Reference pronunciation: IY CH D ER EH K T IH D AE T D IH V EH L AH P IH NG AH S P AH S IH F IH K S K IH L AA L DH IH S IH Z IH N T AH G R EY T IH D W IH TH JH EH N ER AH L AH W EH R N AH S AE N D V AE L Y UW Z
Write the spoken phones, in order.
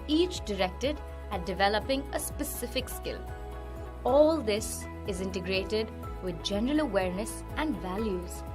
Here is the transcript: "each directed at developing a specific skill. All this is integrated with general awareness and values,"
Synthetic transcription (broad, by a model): IY CH D ER EH K T IH D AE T D IH V EH L AH P IH NG AH S P AH S IH F IH K S K IH L AA L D IH S IH Z IH N T AH G R EY T IH D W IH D JH EH N ER AH L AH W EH R N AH S AE N D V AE L Y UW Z